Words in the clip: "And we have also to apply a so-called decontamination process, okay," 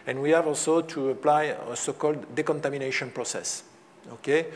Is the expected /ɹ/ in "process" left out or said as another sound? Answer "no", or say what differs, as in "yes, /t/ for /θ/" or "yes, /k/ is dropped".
no